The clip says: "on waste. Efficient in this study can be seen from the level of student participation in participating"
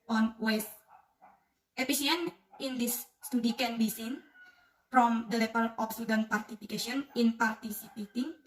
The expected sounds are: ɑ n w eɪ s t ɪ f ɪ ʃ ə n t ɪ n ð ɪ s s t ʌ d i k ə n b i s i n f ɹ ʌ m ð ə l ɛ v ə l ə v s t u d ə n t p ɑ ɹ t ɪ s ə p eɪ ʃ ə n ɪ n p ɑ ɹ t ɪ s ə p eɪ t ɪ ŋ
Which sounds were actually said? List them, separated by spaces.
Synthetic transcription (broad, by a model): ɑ n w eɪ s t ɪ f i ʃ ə n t ɪ n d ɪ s s t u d i k ə n b i s i n f ɹ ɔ m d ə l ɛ p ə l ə f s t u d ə n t p ɑ ɹ t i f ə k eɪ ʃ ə n ɪ n p ɑ ɹ t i s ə p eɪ t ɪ ŋ